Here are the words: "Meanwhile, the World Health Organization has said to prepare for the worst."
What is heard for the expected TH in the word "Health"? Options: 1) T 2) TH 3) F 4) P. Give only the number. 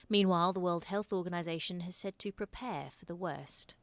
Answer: 2